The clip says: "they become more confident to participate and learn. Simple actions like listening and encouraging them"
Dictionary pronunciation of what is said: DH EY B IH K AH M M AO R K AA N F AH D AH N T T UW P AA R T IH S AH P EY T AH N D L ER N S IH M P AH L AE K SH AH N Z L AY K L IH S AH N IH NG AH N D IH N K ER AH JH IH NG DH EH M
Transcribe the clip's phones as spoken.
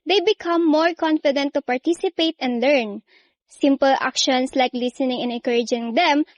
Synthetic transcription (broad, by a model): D EY B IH K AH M M AO R K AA N F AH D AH N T T UW P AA R T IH S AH P EY T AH N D L ER N S IH M P AH L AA K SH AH N S L AY K L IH S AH N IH NG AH N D IH N K ER AH JH IH NG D EH M